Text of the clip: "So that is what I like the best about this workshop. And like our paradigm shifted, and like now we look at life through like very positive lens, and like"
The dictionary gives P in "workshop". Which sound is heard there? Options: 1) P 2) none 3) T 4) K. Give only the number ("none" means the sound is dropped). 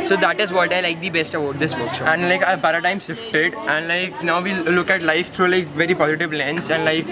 2